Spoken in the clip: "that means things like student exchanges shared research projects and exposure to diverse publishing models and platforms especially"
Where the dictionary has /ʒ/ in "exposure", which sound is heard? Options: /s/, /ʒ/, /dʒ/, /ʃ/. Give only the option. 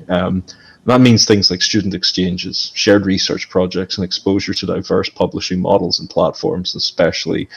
/ʒ/